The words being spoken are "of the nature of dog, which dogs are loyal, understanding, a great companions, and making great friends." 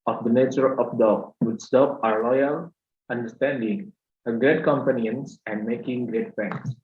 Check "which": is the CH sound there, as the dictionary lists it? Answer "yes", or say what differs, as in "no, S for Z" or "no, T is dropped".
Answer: no, S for CH